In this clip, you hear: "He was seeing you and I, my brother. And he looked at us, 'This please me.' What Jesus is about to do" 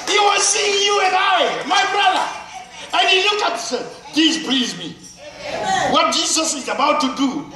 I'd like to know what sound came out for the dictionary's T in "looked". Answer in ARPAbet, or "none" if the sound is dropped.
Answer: none